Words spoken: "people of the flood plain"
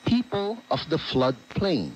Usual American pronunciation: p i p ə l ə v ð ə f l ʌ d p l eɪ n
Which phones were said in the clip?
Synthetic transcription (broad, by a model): p i p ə l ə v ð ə f l ʌ d p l eɪ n